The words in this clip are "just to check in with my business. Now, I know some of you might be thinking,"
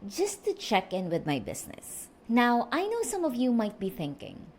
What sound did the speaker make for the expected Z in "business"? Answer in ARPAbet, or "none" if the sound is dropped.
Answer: S